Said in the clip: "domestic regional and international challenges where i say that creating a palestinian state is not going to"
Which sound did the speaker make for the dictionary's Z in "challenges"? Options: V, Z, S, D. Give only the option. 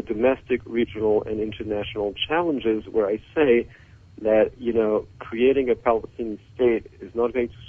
Z